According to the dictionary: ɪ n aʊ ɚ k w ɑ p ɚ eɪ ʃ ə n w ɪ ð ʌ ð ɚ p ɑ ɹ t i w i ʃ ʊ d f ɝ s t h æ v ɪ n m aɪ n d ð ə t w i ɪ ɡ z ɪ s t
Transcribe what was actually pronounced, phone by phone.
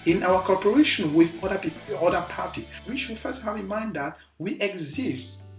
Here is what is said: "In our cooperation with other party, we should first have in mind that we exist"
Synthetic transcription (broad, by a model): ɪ n aʊ ɚ k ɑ p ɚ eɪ ʃ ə n w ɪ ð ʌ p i p ɑ ɹ t i w i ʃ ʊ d f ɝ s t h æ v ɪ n m aɪ n d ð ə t w i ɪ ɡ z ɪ s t